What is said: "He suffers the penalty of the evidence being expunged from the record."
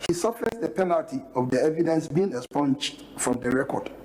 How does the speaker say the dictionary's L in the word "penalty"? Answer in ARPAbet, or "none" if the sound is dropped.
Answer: L